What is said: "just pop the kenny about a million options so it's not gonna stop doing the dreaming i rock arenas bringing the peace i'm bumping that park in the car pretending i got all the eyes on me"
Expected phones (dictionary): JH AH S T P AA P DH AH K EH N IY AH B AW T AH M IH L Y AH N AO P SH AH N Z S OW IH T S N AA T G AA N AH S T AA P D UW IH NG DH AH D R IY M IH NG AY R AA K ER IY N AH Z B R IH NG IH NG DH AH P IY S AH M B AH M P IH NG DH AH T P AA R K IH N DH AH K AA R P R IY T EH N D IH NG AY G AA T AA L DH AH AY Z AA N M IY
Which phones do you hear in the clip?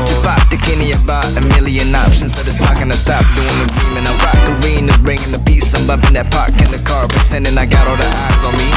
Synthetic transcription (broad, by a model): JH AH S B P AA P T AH K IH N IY AH B AW T AH M IH L Y AH N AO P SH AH N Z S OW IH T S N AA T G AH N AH S T AA P D UW IH NG DH AH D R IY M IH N AY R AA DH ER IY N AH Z B R IH NG IH NG DH AH P IY S AH M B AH P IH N DH AH T P AA R K IH N DH AH K AA R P IY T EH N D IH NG AY G AA T AA L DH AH AY Z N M IY